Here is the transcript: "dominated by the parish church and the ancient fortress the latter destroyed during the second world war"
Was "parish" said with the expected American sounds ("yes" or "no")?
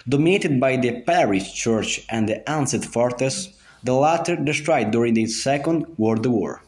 yes